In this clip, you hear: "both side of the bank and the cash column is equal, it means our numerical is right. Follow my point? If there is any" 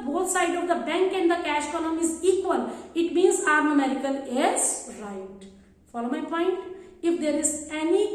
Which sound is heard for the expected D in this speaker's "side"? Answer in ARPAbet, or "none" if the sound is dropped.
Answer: D